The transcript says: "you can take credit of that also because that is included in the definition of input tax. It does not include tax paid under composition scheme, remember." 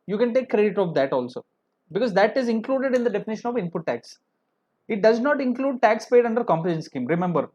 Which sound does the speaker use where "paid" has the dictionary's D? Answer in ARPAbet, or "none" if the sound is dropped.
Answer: D